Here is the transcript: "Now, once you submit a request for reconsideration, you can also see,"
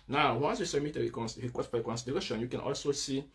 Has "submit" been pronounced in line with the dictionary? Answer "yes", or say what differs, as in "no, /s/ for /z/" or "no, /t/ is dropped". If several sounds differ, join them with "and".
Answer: no, /b/ is dropped